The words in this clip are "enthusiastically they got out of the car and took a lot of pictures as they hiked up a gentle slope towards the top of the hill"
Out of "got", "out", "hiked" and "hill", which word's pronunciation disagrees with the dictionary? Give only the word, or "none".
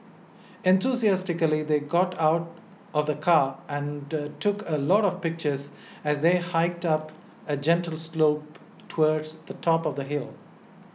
none